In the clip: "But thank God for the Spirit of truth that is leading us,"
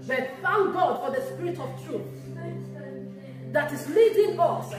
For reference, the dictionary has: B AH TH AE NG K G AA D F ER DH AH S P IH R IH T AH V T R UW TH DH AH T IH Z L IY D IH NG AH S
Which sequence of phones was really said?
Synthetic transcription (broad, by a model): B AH F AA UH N G AA D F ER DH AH S P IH R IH T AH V T R UW TH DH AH T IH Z L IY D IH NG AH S